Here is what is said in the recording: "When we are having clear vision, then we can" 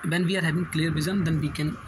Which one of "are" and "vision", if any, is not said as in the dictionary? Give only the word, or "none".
vision